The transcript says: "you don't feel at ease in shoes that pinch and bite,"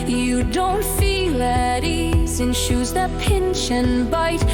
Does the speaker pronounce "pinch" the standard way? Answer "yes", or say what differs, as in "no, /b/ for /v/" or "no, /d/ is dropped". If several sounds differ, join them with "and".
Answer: no, /ʃ/ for /tʃ/